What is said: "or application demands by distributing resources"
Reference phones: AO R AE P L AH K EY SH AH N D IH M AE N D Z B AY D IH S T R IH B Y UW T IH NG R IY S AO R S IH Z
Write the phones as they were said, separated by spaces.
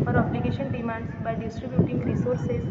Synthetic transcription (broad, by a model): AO R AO B L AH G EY SH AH N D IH M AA N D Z B AY D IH S T R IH B Y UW T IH NG R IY S AO R S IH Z